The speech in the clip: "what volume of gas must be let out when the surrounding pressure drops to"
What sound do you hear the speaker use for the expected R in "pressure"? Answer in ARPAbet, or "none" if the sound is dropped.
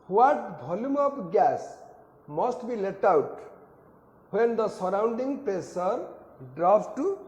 none